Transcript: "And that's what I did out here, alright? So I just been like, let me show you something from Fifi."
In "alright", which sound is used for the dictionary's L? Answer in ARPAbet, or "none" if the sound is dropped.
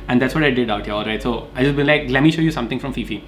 L